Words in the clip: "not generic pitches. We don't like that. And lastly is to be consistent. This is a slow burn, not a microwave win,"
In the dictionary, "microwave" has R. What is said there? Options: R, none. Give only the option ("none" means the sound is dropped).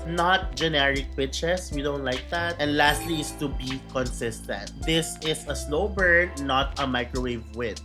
R